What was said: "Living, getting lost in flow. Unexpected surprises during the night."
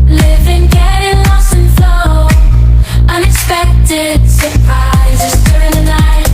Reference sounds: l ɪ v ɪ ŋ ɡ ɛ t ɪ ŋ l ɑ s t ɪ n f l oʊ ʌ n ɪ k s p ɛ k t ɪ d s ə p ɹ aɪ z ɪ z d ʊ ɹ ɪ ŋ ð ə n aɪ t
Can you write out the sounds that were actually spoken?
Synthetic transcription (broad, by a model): l ɪ v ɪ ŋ ɡ ɛ t ɪ ŋ l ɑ s ɪ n f l oʊ ʌ n ɪ k s p ɛ k t ɪ d s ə p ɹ aɪ z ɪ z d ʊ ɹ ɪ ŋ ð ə n aɪ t